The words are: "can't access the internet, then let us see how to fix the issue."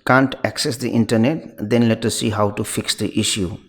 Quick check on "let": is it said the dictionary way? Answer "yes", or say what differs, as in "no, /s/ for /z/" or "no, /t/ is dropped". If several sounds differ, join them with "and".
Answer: yes